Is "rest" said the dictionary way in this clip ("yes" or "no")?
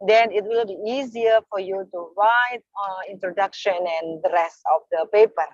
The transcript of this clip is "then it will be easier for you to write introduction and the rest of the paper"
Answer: no